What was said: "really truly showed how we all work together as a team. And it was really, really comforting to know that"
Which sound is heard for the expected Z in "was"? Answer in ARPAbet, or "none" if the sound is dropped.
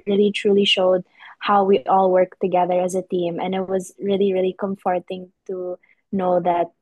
Z